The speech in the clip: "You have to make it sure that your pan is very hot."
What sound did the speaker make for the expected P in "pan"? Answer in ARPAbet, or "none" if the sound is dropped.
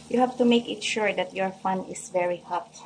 F